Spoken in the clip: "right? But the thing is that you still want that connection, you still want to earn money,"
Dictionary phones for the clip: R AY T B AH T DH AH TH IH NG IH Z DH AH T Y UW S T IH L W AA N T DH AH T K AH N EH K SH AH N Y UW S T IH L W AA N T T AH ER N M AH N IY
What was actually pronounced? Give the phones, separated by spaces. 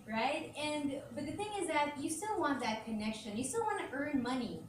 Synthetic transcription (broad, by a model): R AY T B AH T DH AH TH IH NG IH Z DH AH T Y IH S T IH L W AA N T DH AH T K AH N EH K SH AH N Y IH S T IH L W AA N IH T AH ER N M AH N IY